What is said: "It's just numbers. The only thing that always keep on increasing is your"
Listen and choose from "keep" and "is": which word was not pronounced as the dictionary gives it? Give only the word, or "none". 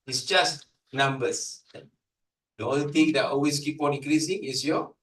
is